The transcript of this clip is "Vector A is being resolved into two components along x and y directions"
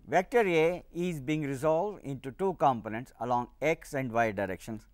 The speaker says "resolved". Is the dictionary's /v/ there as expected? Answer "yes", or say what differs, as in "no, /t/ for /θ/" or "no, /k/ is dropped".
yes